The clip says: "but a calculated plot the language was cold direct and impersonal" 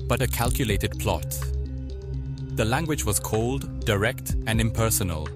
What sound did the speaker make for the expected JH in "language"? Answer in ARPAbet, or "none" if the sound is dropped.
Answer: JH